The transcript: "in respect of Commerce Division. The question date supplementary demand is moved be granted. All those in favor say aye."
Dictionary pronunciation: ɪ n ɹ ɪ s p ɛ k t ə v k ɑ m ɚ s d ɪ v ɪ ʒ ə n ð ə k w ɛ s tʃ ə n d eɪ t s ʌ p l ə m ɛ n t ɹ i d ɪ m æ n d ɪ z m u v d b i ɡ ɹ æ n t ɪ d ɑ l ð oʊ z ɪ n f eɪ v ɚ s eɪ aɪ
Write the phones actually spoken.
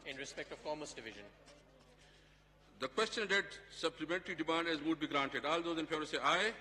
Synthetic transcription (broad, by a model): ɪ n ɹ ɪ s p ɛ k t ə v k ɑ m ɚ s d ɪ v ɪ ʒ ə n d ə k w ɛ s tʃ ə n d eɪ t s ʌ p l ə m ɛ n t ɹ i d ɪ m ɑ n d ɪ z m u d b i ɡ ɹ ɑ n t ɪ d ɑ l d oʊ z ɪ n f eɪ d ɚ s eɪ aɪ